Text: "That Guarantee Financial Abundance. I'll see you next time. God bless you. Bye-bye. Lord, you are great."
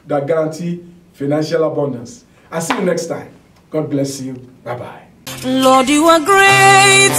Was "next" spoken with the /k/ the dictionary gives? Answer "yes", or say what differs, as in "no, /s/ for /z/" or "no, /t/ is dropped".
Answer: yes